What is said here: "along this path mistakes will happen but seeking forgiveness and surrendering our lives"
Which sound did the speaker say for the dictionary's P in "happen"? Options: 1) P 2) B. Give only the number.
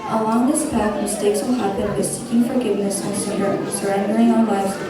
2